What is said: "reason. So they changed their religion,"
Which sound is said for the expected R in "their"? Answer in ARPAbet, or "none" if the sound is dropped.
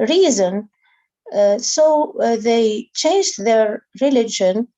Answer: R